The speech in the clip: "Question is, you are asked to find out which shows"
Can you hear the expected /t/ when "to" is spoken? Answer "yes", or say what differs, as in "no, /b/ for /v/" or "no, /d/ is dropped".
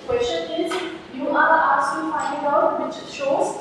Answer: no, /s/ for /t/